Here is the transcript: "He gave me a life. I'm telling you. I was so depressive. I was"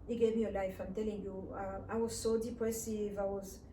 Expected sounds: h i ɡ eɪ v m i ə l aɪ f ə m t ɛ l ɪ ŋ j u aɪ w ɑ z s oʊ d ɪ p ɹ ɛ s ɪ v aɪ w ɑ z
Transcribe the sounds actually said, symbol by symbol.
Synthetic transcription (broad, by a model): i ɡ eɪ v m i ə l aɪ f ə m t ɛ l ɪ ŋ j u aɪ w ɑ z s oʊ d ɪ p w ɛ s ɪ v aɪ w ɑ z